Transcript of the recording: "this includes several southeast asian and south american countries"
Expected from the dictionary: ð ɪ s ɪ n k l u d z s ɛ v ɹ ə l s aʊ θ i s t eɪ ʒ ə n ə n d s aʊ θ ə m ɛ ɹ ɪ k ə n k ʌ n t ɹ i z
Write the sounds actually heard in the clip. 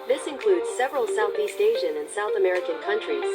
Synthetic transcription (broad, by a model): ð ɪ s ɪ n k l u d z s ɛ v ɹ ə l s aʊ θ i s t eɪ ʒ ə n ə n s aʊ θ ə m ɛ ɹ ɪ k ə n k ʌ n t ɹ i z